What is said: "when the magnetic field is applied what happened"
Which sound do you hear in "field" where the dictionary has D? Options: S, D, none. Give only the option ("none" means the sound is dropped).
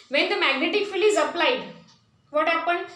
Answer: none